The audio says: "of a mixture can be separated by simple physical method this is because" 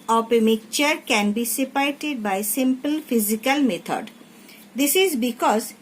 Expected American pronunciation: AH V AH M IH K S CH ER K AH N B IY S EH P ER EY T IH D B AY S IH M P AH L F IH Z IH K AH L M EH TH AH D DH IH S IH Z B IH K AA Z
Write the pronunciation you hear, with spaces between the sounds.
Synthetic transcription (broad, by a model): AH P AH M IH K CH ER K AH N B IY S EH P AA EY T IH D B AY S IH M P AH L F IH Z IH K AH L M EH T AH D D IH S IH Z B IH K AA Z